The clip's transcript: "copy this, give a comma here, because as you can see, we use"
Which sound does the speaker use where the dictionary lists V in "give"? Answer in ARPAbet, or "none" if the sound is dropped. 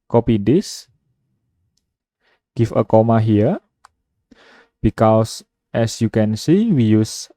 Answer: F